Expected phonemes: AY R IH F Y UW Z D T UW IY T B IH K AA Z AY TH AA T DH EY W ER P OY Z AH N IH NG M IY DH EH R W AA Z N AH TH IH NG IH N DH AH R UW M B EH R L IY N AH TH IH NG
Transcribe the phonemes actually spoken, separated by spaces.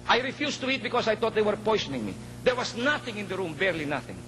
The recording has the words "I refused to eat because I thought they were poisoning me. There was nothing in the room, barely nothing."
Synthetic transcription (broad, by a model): AY R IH F Y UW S T UW IY T B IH K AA S AY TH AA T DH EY W ER P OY S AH N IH NG M IY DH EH R W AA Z N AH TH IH NG IH N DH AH R UW M B EH R L IY N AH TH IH NG